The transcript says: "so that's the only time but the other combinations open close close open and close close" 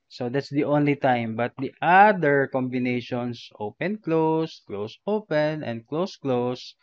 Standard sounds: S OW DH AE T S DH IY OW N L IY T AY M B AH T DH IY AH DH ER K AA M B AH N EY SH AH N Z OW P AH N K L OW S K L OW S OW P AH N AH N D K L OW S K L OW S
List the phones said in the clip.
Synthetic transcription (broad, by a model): S OW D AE T S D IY OW N L IY T AY M B AH T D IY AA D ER K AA M B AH N EY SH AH N S OW P AH N K L OW S K L OW S OW P AH N AH N D K L OW S K L OW S